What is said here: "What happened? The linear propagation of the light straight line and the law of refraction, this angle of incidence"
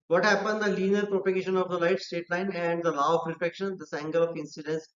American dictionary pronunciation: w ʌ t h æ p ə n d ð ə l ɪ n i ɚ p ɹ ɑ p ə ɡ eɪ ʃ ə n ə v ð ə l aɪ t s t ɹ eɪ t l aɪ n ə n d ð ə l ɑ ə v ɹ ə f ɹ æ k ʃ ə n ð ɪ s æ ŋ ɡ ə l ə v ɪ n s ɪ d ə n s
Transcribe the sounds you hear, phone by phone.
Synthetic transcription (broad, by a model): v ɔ t h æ p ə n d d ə l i n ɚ p ɹ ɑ p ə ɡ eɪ ʃ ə n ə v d ə l aɪ t s t eɪ t l aɪ n ə n d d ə l ɑ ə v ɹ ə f ɛ k ʃ ə n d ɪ s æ ŋ ɡ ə l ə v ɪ n s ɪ d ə n s